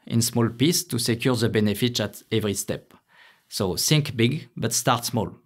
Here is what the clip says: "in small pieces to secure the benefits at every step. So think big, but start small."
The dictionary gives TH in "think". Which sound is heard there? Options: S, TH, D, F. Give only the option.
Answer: S